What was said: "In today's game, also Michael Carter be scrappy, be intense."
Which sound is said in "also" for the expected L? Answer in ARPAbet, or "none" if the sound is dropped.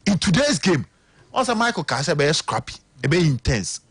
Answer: none